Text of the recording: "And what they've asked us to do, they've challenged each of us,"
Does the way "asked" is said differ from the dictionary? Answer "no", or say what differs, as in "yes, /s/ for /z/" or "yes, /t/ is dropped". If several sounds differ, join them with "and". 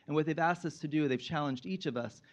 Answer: no